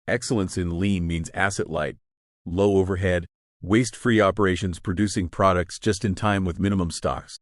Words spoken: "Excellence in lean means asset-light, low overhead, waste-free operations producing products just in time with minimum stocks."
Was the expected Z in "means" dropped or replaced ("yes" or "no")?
no